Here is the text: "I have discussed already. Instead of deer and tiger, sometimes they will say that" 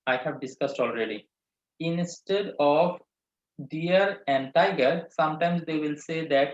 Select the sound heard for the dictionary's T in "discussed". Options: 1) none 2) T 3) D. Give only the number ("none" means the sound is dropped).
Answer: 2